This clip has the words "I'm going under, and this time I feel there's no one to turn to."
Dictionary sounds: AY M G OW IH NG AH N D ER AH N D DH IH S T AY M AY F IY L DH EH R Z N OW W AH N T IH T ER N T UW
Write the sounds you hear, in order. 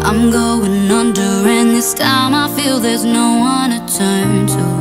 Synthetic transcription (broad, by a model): AY M G OW IH NG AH N D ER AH N DH IH S T AY M AY F IY L DH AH R Z N OW W AH N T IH T ER N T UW